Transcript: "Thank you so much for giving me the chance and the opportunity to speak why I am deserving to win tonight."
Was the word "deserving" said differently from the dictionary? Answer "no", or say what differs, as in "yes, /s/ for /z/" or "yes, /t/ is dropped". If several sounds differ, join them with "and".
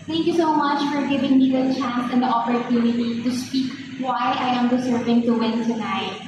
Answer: yes, /s/ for /z/